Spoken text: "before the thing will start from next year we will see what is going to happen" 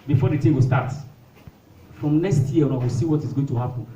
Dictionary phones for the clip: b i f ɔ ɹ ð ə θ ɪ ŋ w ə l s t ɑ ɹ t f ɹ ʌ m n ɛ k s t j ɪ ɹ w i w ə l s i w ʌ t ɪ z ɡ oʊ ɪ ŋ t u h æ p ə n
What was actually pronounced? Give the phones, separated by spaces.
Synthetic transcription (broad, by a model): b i f ɔ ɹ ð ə t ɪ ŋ w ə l s t ɑ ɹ t f ɹ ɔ m n ɛ k s t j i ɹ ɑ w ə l s i w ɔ t ɪ z ɡ oʊ ɪ ŋ t u h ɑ p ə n